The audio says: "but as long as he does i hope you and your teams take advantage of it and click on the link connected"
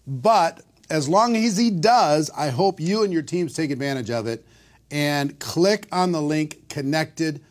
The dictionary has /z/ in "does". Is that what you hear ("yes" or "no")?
yes